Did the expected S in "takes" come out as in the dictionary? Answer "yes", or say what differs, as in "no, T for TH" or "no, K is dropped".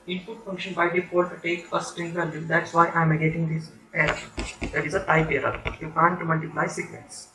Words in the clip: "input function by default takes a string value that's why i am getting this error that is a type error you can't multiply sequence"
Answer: no, S is dropped